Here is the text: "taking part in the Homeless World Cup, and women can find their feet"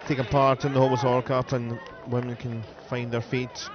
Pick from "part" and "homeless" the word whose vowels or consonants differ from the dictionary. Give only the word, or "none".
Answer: homeless